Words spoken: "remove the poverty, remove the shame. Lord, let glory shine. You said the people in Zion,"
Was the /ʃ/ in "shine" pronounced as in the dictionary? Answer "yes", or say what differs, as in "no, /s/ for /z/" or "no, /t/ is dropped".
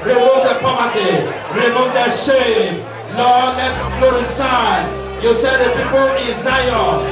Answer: no, /s/ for /ʃ/